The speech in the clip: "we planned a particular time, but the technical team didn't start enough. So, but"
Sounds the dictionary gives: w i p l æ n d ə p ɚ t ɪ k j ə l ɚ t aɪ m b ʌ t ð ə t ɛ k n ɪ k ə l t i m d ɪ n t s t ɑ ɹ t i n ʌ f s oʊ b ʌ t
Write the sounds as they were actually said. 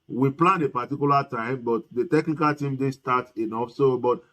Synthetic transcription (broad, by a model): w i p l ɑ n ə p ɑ t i k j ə l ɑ t aɪ m b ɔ t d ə t ɛ k n ɪ k ə l t i m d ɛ s t ɑ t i n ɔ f s oʊ b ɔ t